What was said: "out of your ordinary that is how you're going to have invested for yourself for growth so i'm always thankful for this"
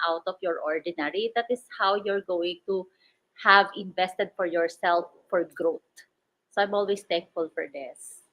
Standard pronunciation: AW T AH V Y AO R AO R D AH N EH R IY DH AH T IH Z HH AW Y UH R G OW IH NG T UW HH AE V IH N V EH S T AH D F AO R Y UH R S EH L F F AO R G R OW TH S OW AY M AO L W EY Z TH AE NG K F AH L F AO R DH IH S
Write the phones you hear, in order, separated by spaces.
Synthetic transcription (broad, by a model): AW T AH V Y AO R AO R D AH N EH R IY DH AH T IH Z HH AW Y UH R G OW IH NG T UW HH AE V IH N V EH S T AH D F AO R Y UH R S EH L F F AO R G R OW T S OW AY M AO L W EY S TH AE NG K F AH L F AO R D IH S